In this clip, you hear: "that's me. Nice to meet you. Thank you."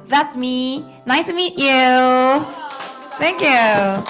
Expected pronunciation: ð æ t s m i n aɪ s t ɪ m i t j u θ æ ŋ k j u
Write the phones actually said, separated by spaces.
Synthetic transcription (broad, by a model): ð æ t s m i n aɪ s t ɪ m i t j u θ æ ŋ k j u